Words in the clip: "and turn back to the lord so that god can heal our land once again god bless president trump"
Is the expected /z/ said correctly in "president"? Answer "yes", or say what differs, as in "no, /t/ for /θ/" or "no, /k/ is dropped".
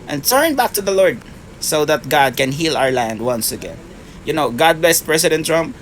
no, /s/ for /z/